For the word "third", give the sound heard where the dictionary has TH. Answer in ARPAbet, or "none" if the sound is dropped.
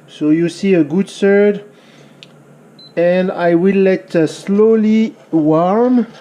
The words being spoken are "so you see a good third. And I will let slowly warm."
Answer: S